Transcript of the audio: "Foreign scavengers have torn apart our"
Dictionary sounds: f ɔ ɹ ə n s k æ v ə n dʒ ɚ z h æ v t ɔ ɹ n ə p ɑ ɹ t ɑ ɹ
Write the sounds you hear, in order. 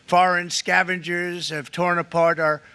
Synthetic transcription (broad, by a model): f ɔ ɹ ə n s k æ v ə n dʒ ɚ z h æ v t ɔ ɹ n ə p ɑ ɹ t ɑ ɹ